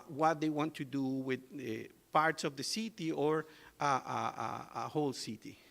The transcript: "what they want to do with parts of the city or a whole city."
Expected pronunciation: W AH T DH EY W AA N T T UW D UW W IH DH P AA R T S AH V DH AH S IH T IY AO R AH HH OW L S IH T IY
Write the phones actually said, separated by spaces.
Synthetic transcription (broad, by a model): W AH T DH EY W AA N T T UW D UW W IH DH P AA R T S AH V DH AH S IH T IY AO R AH HH OW L S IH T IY